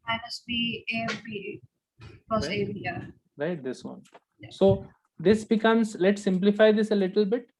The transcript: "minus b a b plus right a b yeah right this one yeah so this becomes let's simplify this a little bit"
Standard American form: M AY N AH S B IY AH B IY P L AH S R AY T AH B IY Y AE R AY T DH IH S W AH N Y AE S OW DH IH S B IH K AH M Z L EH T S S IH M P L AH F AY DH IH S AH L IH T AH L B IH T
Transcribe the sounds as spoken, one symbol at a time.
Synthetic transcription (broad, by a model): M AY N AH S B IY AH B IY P AH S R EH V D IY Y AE R AY T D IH S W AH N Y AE S OW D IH S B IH K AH M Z L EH T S S IH M P L AH F AY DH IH S AH L IH T AH L B IH T